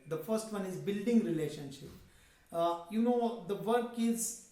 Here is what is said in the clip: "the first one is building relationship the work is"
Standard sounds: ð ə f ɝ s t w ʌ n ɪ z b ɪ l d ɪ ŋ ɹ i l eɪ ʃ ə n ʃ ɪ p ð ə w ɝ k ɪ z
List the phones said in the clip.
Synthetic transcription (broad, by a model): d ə f ɝ s t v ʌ n ɪ z b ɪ l d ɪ ŋ ɹ i l eɪ ʃ ə n ʃ ɪ p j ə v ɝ k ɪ z